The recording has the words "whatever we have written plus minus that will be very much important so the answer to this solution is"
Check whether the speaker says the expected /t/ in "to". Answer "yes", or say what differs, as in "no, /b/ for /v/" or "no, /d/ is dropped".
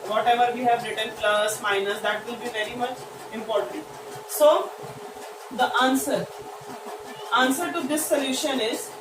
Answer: no, /s/ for /t/